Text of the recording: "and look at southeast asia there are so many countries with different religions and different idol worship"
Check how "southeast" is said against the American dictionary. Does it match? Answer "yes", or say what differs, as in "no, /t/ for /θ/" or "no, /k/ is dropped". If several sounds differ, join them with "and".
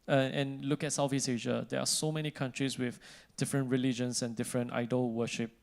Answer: no, /f/ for /θ/